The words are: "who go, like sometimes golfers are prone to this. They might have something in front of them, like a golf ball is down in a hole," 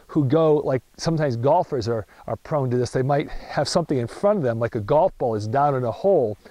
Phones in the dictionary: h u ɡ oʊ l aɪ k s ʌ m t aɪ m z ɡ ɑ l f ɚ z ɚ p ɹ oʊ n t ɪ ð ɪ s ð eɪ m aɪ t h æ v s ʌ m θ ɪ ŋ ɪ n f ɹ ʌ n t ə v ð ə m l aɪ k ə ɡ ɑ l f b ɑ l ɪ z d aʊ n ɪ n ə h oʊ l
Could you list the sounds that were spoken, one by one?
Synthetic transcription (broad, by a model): h u ɡ oʊ l aɪ k s ʌ m t aɪ m z ɡ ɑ l f ɚ z ɚ p ɹ oʊ n t ɪ ð ɪ s ð eɪ m aɪ t h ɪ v s ʌ m θ ɪ ŋ ɪ n f ɹ ʌ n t ə v ð ə m l aɪ k ə ɡ ɑ l f b ɑ l ɪ z d aʊ n ɪ n ə h oʊ l